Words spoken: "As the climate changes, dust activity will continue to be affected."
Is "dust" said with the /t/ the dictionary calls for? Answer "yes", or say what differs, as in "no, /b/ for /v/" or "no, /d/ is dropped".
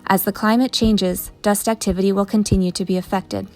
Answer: yes